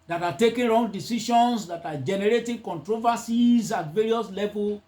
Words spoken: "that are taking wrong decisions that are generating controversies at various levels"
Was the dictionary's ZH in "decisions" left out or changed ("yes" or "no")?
yes